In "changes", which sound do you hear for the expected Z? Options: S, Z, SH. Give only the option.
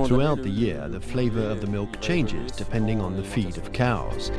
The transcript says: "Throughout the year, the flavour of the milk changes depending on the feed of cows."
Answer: Z